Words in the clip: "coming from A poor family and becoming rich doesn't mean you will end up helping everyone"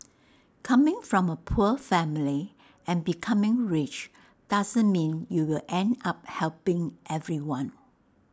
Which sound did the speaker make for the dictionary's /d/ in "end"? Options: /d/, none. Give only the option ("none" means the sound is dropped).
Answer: /d/